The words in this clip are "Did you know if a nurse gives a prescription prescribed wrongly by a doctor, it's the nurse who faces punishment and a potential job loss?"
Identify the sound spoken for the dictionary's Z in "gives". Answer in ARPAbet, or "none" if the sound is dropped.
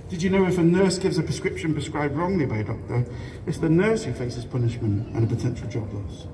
Z